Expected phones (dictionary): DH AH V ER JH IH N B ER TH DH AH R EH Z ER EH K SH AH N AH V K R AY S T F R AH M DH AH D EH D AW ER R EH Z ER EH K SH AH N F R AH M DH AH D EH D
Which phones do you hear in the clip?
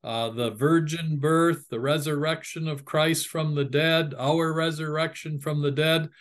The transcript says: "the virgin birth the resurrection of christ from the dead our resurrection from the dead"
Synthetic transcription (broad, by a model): DH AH V ER JH IH N B ER TH DH AH R EH Z ER EH K SH AH N AH V K R AY S T F R AH M DH AH D EH D AW ER R EH Z ER EH K SH AH N F R AH M DH AH D EH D